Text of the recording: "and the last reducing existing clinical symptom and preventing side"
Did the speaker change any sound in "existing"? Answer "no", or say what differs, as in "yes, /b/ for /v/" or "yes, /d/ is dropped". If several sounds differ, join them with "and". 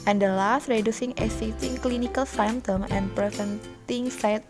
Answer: yes, /s/ is dropped